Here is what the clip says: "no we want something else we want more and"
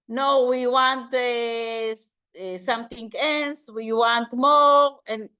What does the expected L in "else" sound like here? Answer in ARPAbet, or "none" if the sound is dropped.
N